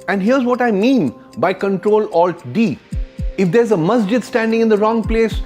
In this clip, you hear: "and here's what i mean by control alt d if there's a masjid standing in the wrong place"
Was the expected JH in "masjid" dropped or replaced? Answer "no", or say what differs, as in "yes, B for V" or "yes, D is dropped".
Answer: no